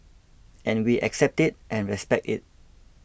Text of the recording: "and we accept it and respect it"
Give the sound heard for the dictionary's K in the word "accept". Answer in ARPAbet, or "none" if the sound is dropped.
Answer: K